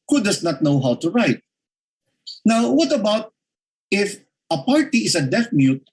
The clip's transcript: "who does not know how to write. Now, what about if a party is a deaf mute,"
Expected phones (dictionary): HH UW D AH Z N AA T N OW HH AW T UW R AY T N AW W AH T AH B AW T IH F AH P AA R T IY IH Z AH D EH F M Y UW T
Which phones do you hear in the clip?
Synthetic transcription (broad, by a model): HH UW D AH S N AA T N OW HH AW T UW R AY T N AW W AH T AH B AW T IH F AH P AA R T IY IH S AH D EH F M Y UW T